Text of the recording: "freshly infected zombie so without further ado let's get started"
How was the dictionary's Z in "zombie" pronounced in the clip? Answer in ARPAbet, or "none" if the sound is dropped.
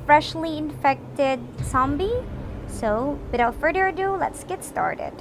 S